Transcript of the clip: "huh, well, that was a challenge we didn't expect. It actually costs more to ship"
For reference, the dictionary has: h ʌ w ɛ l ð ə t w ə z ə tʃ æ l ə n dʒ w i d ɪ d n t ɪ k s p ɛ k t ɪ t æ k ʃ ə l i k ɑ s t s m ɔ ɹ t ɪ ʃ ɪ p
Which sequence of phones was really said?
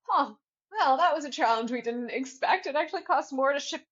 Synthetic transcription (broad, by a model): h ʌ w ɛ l ð ə t w ə z ə tʃ æ l ə n dʒ w i d ɪ d n t ɪ k s p ɛ k t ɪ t æ k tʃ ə l i k ɑ s t m ɔ ɹ t ɪ ʃ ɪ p